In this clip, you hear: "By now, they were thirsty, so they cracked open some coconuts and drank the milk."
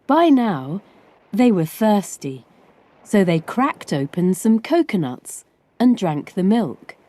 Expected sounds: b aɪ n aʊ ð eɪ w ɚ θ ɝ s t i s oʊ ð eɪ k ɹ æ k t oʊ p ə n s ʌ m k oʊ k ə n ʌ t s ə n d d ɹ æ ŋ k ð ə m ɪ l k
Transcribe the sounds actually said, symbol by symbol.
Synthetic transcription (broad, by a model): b aɪ n aʊ ð eɪ w ɚ θ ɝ s t i s oʊ ð eɪ k ɹ æ k t oʊ p ə n s ʌ m k oʊ k ə n ʌ t s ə n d d ɹ æ ŋ k ð ə m ɪ l k